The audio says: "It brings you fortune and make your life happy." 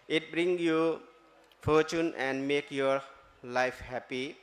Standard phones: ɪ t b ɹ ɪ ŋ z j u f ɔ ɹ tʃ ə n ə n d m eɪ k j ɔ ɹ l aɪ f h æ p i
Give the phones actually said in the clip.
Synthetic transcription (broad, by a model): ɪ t b ɹ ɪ ŋ j u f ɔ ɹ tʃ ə n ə n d m eɪ k j ɔ ɹ l aɪ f h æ p i